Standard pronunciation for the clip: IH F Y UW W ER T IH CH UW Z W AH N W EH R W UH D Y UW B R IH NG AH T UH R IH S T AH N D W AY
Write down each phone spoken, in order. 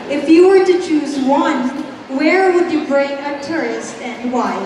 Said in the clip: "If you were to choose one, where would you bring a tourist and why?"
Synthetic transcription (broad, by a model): IH F Y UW W ER T IH CH UW Z W AH N W EH R W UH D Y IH B R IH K AH T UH R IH S T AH N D W AY